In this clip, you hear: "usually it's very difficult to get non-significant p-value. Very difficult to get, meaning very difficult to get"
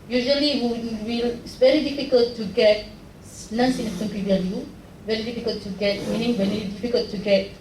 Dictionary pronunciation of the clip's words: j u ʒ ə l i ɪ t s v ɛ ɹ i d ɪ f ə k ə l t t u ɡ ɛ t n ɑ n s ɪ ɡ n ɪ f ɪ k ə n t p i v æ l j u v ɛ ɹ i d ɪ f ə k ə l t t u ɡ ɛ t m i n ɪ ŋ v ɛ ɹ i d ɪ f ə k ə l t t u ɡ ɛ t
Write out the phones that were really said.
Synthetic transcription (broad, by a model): j u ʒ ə l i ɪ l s v ɛ ɹ i d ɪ f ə k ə l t t u ɡ ɛ t n ɑ n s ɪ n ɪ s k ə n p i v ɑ n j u v ɛ ɹ i d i f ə k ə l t t u ɡ ɛ t m i n ɪ ŋ v ɛ ɹ i d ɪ f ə k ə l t t u ɡ ɛ t